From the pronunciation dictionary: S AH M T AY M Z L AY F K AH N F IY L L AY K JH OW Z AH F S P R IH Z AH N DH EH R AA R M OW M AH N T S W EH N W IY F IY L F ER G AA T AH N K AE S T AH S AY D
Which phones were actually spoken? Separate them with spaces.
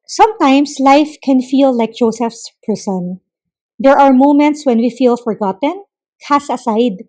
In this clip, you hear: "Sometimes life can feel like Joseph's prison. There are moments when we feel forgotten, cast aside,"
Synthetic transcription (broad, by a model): S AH M T AY M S L AY F K AH N F IY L L AY K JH OW S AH F S P R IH S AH N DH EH R AA R M OW M AH N T S W EH N W IY F IY L F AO G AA T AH N K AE S AH S AY D